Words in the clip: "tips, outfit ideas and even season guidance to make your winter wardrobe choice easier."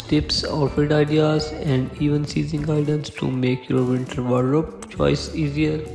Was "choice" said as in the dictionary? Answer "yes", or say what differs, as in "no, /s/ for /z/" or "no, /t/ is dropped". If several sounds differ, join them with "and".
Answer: yes